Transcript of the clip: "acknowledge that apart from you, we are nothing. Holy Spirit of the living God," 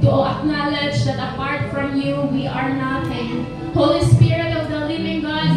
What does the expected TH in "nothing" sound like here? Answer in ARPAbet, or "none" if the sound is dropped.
T